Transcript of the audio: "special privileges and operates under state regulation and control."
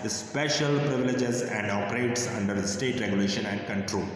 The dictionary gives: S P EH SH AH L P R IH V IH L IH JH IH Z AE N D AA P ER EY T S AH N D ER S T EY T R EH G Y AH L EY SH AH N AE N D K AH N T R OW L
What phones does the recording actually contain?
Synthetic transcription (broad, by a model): S P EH SH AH L P R IH V IH L IH JH IH Z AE N D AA P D EY T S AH N D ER S T EY T R EH G Y AH L EY SH AH N AE N D K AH N T R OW L